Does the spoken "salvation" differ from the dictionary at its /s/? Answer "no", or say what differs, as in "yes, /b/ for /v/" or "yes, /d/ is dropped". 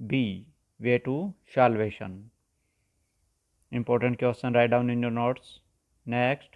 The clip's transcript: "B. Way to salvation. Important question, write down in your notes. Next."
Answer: yes, /ʃ/ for /s/